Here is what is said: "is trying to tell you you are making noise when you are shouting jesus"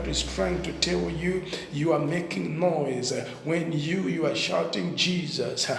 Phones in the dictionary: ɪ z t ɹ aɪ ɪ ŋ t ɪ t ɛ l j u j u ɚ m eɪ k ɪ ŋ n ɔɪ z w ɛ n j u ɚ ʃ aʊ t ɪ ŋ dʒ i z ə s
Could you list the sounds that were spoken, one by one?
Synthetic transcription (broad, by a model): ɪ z t ɹ aɪ ɪ ŋ t ɪ t ɛ l j u j u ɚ m eɪ k ɪ ŋ n ɔɪ z w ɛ n j u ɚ ʃ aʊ t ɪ ŋ dʒ i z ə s